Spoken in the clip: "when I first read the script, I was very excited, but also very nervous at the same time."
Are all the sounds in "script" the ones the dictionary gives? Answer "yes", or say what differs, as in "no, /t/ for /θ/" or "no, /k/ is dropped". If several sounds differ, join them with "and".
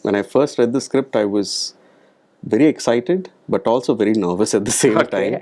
yes